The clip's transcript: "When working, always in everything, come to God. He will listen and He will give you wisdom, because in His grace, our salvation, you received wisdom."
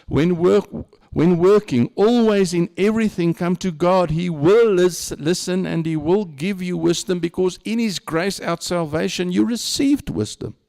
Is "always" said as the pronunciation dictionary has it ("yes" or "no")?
yes